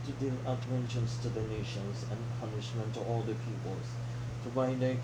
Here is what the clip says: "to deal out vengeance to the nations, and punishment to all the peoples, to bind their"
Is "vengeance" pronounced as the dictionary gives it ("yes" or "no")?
no